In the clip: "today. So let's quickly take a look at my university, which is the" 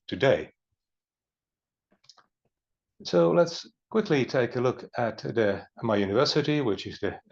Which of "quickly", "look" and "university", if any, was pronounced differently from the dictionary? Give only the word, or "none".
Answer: none